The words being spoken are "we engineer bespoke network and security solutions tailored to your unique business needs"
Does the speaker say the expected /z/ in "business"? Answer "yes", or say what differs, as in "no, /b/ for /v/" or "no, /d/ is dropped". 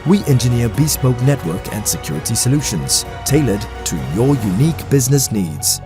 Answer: yes